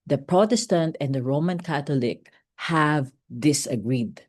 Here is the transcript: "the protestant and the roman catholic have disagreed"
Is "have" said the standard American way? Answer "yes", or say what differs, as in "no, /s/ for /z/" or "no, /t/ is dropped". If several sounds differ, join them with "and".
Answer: yes